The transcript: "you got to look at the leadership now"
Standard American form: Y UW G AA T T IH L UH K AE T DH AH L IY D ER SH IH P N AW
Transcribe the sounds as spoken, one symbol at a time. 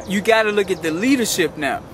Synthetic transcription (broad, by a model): Y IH G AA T T IH L UH K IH T DH AH L IY D ER SH IH P N AW